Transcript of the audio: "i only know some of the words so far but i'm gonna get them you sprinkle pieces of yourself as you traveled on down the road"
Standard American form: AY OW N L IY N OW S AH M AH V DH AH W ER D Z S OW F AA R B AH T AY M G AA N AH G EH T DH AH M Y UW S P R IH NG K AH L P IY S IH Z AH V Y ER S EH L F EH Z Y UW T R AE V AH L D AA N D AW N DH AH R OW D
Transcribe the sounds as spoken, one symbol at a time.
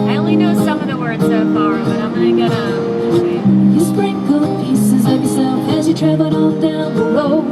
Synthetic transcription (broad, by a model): AY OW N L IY N OW S AH M AH V DH AH W ER D Z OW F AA R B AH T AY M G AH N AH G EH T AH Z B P R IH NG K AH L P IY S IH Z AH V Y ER S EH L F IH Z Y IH T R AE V L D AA L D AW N DH AH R OW